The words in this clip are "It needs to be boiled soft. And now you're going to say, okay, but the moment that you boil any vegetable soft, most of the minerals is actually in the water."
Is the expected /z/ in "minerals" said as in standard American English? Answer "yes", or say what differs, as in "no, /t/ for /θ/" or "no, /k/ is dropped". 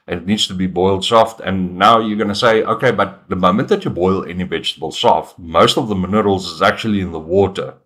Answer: yes